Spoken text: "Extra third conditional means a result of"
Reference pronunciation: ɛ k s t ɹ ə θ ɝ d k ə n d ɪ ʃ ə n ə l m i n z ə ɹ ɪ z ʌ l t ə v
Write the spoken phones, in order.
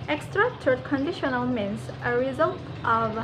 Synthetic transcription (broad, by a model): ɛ k s t ɹ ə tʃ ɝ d k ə n d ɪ ʃ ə n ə l m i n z ə ɹ ɪ z ʌ l t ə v